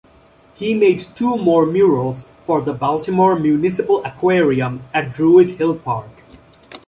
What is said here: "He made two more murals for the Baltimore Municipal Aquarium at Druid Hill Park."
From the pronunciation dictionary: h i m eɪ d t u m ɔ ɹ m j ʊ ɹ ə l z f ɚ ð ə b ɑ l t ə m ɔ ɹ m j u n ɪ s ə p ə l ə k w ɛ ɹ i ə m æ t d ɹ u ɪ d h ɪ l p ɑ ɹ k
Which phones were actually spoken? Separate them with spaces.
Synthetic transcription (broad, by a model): h i m eɪ d t u m ɔ ɹ m j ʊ ɹ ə l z f ɚ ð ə b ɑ l t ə m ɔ ɹ m j u n ɪ s ə p ə l ə k w ɛ ɹ i ə m æ t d ɹ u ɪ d h ɪ l p ɑ ɹ k